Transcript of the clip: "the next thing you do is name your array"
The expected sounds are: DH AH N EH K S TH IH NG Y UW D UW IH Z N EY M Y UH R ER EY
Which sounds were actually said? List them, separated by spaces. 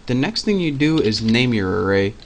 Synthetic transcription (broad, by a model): DH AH N EH K S TH IH NG Y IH D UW IH Z N EY M Y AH R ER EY